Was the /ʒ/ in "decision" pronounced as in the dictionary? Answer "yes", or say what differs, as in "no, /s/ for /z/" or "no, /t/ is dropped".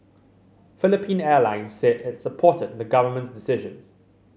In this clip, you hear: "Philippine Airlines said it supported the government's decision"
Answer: yes